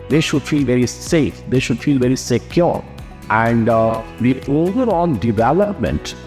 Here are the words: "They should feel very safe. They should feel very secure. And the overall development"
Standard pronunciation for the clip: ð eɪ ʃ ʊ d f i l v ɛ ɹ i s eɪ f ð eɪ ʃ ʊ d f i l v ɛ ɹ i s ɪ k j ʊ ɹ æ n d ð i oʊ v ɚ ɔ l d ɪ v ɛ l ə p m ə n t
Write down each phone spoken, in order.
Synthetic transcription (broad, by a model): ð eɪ ʃ ʊ d f i l v ɛ ɹ i s eɪ f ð eɪ ʃ ʊ d f i l v ɛ ɹ i s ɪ k j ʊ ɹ æ n d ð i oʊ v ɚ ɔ n d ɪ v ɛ l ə p m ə n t